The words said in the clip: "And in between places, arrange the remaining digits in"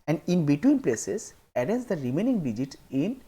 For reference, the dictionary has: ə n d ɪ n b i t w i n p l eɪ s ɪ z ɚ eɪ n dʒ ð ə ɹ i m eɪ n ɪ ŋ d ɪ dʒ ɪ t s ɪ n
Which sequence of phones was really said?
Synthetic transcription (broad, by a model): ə n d ɪ n b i t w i n p l eɪ s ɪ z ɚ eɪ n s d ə ɹ i m eɪ n ɪ ŋ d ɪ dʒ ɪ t ɪ n